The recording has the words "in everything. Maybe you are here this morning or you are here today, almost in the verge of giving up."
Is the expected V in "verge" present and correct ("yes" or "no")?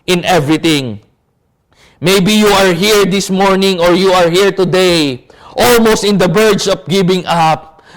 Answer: no